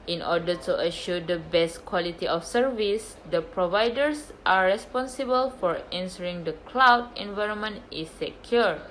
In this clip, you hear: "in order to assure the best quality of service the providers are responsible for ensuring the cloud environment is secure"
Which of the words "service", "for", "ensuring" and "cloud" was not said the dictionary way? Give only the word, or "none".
ensuring